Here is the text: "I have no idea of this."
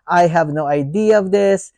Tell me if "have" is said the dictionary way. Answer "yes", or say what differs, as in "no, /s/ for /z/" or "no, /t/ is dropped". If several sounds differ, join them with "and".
yes